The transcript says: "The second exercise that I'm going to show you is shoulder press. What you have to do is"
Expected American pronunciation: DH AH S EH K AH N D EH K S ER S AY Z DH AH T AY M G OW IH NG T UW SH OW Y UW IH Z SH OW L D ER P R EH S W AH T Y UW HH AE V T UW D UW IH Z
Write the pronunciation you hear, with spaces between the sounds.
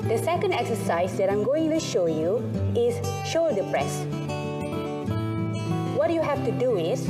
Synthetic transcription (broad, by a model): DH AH S EH K AH N D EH K S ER S AY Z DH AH T AY M G OW IH NG T UW SH OW Y UW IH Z SH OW D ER P R EH S W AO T Y UW HH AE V T UW D UW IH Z